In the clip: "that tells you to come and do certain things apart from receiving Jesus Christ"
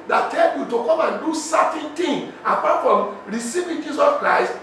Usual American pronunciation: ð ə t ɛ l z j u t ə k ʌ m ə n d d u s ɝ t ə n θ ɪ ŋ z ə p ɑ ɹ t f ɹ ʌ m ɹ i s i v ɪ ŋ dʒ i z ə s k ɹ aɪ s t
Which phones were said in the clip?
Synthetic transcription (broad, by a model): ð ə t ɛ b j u t ə k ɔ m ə n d d u s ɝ t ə n t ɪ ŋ ə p ɑ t f ɹ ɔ m ɹ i s i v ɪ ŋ dʒ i s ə s k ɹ aɪ s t